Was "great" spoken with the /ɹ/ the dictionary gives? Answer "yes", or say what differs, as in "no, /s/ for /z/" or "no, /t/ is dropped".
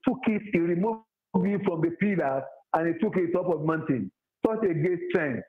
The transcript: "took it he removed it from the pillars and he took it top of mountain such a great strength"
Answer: no, /ɹ/ is dropped